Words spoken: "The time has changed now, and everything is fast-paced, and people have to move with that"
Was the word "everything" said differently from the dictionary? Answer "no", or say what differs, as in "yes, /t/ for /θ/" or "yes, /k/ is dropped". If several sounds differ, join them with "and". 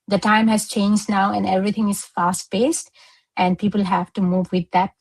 yes, /t/ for /θ/